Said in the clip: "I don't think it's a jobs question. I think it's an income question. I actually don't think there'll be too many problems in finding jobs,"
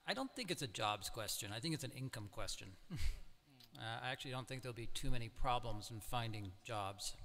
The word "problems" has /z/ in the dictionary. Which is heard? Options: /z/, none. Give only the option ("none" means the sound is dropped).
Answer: /z/